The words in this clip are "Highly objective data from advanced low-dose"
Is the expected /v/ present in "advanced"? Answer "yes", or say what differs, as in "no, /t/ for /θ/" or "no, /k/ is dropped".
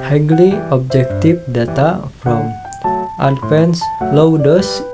no, /f/ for /v/